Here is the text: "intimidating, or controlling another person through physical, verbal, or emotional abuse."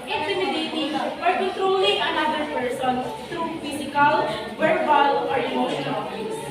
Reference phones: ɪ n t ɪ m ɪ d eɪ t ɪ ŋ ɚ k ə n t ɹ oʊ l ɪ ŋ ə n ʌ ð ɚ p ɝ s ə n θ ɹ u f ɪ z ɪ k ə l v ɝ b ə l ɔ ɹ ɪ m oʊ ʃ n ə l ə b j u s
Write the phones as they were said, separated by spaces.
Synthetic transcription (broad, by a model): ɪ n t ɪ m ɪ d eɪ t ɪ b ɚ k ə n t ɹ oʊ l ɪ ŋ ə n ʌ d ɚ p ɝ s ə n t ɹ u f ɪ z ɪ k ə l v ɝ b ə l ɔ ɹ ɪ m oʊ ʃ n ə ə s